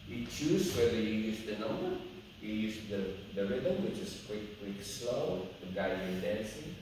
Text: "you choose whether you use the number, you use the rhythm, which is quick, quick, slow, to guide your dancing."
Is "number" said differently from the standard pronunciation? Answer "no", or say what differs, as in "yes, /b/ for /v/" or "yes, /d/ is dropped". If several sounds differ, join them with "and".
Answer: yes, /b/ is dropped